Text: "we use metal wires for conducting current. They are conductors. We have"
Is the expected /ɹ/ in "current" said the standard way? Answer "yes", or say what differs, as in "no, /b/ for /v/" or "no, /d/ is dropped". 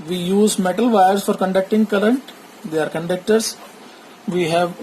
no, /l/ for /ɹ/